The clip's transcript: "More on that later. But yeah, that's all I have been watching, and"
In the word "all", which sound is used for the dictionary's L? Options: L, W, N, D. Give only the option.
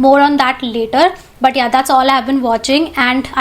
L